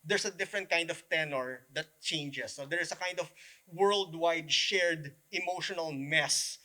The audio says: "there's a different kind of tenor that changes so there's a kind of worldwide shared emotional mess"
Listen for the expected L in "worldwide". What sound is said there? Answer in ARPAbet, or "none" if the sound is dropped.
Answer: L